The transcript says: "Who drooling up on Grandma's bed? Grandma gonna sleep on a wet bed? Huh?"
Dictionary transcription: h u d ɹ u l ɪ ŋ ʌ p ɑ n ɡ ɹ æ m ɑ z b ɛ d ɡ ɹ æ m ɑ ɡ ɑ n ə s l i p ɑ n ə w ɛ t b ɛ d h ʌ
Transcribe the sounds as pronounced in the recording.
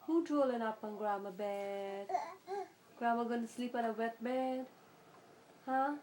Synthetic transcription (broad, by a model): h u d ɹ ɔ l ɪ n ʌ p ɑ n ɡ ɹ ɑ m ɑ b ɛ d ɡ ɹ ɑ m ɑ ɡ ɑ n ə s l i p ɑ n ə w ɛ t b ɛ d h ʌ